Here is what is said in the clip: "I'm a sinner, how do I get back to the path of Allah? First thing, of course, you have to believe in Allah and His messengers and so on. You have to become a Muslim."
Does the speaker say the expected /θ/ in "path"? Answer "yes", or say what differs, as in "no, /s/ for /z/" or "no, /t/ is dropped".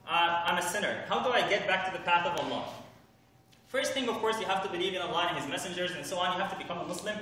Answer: yes